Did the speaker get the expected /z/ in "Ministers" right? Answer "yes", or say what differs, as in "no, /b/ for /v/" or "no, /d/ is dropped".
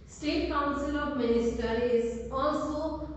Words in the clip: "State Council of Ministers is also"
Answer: no, /z/ is dropped